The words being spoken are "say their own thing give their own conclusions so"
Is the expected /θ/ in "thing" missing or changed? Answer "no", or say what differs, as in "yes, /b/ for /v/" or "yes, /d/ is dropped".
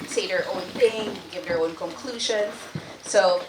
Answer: no